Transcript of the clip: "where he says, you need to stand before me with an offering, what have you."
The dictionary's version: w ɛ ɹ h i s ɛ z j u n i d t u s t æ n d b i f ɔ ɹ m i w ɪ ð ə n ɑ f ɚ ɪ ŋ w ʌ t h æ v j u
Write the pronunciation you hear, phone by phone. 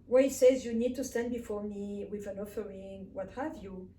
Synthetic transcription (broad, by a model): w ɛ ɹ h i s ɛ z j u n i d t u s t æ n d b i f ɔ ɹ m i w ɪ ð ə n ɑ f ɚ ɪ ŋ w ʌ t h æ v j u